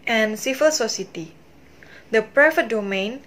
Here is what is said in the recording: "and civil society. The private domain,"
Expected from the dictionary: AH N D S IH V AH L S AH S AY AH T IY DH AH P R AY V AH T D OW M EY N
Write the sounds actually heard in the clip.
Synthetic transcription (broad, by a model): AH N S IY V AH L S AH S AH T IY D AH P R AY F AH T D OW M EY N